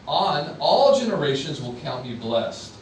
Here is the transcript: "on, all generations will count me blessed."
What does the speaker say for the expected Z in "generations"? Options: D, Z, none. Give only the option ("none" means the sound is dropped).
Z